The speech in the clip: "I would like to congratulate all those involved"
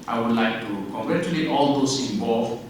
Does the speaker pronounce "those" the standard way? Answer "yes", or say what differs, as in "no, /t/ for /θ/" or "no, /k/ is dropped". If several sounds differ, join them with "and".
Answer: no, /s/ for /z/